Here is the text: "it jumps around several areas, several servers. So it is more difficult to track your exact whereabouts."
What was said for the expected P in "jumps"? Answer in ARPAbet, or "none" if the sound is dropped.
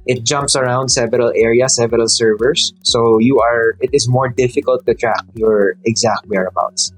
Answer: P